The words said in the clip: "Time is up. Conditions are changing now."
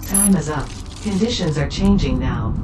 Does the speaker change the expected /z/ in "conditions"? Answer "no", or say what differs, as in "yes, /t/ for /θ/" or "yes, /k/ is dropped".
no